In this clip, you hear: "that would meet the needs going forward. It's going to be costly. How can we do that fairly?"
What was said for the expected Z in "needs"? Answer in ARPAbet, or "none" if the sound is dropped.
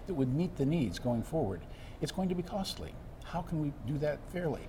Z